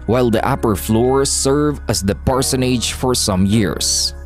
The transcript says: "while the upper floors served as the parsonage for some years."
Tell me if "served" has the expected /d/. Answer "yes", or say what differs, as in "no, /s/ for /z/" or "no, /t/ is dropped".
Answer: no, /d/ is dropped